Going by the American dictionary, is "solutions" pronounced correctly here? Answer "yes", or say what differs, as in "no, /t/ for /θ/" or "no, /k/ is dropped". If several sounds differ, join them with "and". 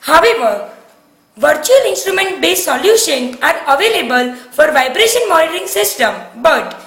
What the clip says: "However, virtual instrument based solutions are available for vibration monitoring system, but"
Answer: no, /z/ is dropped